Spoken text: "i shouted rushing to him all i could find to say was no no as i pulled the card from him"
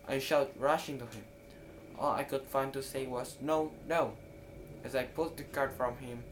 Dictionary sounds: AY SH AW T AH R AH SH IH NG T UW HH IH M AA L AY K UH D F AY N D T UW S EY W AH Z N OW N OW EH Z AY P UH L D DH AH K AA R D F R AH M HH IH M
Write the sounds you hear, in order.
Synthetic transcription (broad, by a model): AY SH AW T R AH SH IH NG T UW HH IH M AA L AY K UH D F AY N T UW S EY W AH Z N OW N OW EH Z AY P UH L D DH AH K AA R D F R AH M HH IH M